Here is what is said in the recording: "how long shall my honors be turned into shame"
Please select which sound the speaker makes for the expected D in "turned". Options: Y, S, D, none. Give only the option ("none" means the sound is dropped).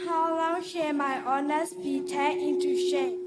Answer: none